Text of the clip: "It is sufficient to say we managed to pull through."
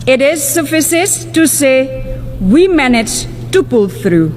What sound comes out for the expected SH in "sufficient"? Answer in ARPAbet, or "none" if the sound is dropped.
S